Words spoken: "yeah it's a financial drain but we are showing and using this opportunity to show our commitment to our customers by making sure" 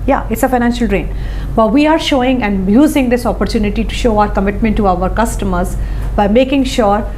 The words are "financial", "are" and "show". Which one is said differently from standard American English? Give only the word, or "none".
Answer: none